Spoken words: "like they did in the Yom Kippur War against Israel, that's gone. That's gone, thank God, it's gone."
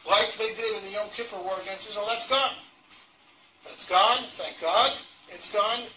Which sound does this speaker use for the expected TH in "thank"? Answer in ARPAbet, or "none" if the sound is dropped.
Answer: TH